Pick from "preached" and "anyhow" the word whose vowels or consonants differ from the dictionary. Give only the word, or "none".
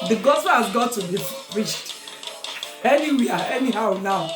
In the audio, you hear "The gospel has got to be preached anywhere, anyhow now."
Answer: preached